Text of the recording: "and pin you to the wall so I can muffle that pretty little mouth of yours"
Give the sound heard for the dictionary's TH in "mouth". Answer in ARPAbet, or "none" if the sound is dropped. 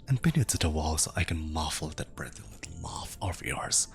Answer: F